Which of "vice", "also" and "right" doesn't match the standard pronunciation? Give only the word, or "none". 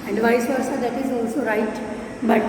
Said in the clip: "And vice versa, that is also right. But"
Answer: none